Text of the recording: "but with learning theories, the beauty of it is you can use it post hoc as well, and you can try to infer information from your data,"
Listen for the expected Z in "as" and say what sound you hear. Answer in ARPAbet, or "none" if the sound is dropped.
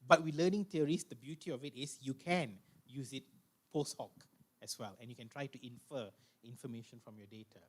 S